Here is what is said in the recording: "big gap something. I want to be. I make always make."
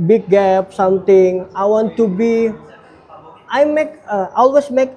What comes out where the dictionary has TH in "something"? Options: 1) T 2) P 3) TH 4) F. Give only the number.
1